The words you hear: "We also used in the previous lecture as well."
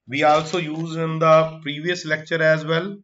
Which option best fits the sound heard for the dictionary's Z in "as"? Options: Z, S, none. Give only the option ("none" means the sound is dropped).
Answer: Z